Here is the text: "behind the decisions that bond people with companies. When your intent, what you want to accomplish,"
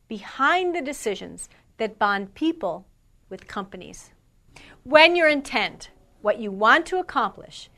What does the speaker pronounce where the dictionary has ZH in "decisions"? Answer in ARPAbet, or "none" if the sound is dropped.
ZH